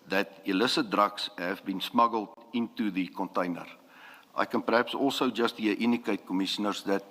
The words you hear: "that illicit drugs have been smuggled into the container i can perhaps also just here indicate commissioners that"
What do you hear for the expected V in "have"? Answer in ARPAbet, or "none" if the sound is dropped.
V